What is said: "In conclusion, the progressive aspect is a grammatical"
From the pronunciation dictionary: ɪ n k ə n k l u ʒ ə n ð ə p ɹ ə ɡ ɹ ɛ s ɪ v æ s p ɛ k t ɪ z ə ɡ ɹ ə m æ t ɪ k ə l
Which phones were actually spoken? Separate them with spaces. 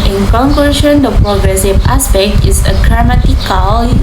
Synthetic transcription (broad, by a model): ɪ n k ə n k u ʃ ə n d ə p ɹ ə ɡ ɹ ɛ s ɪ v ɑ s p ɛ k t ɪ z ə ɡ ɹ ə m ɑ t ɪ k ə l